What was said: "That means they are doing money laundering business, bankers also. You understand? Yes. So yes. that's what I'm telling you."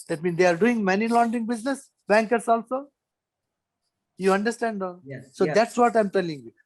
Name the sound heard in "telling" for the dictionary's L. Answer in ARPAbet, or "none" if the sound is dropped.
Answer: L